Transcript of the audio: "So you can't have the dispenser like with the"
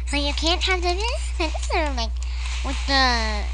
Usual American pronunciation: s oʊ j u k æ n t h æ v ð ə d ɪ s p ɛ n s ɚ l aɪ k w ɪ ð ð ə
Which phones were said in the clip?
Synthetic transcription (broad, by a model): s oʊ j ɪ k æ n t h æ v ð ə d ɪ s ɛ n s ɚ l aɪ k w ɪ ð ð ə